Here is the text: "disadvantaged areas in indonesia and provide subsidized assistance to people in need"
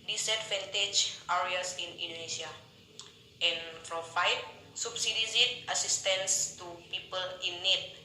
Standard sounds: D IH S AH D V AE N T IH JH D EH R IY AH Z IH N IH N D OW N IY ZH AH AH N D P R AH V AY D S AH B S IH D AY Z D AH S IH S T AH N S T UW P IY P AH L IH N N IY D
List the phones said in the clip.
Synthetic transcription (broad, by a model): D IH S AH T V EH N T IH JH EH R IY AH S IH N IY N D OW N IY SH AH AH N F R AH F AY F S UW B S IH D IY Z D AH S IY S T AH N S T UW P IY P AH L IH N N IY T